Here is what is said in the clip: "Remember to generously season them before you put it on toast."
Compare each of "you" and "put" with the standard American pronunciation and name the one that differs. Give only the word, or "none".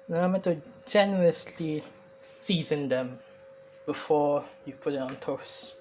none